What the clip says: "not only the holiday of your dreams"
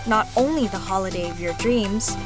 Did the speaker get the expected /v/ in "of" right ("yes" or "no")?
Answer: yes